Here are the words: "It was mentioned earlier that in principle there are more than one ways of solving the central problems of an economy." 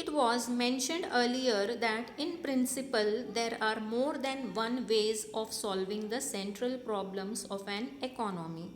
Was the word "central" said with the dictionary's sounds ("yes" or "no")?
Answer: yes